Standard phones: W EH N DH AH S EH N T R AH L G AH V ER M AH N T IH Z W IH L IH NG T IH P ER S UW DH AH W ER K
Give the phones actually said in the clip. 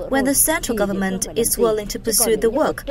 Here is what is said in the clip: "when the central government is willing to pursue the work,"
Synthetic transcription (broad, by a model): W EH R DH AH S EH N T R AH L G AH V ER M AH N T IH Z W IH L IH NG T IH P ER S UW DH AH W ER K